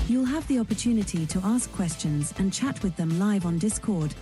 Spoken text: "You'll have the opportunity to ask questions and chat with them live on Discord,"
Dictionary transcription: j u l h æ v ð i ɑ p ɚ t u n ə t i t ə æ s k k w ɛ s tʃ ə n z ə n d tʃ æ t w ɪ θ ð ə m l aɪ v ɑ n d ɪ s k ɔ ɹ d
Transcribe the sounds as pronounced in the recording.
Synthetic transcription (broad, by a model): j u l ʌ v ð i ɑ p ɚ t u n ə t i t ə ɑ s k k w ɛ s tʃ ə n z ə n tʃ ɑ t w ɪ ð ə m l aɪ v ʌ n d ɪ s k ɔ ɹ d